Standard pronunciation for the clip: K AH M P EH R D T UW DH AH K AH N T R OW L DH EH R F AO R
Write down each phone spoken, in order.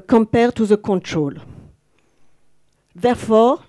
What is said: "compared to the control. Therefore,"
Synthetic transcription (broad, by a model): K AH M P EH R T UW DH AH K AH N T R OW L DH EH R F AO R